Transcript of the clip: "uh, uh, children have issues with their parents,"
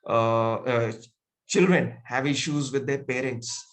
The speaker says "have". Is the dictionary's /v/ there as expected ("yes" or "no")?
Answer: yes